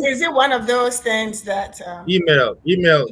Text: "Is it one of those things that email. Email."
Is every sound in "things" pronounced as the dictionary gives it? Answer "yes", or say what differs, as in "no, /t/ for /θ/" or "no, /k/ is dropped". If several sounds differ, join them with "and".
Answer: yes